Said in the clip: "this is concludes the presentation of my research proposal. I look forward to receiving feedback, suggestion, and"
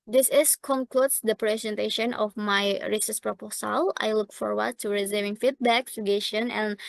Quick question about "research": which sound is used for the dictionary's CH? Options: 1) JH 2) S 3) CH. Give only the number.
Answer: 2